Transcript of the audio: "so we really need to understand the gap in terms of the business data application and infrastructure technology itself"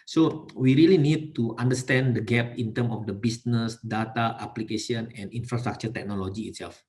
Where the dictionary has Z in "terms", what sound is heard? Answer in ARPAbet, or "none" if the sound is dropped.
none